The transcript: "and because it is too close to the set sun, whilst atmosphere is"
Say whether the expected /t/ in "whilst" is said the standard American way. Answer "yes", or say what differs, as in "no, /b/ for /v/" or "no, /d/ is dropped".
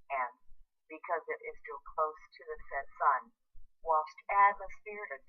yes